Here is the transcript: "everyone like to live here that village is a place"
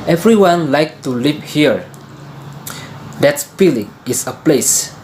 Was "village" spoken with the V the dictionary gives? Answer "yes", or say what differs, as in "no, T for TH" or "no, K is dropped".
no, P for V